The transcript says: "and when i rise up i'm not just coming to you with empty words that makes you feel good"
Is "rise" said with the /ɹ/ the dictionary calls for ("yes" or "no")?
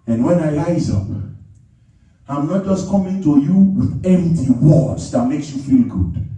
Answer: no